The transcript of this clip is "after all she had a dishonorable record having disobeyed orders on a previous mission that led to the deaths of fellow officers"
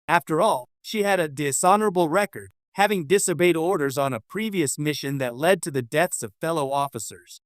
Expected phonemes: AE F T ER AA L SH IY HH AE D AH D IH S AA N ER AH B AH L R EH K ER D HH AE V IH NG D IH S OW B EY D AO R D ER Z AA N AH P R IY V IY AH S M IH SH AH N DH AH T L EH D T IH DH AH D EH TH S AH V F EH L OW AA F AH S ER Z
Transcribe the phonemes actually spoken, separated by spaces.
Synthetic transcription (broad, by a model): AE F T ER AA L SH IY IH D AH D IH S AA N ER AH B L R EH K ER D HH AE V IH NG D IH S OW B EY D AO R D ER Z N AH P R IY V IY AH S M IH SH AH N DH AH T L EH D T IH DH AH D EH TH S AH V F EH L OW AA F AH S ER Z